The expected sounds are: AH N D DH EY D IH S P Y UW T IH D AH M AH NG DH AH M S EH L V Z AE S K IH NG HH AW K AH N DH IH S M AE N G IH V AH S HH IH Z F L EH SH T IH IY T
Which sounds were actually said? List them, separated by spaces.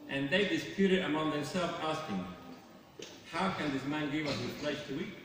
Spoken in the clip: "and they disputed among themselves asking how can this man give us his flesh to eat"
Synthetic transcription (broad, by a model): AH N DH EY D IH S P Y UW T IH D AH M AH NG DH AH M S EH L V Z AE S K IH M HH AW K AH N DH IH S M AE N G IH V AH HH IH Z P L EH S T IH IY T